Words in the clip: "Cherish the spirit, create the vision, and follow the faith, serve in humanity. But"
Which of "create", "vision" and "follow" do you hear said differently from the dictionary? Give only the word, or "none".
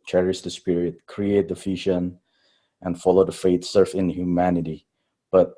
vision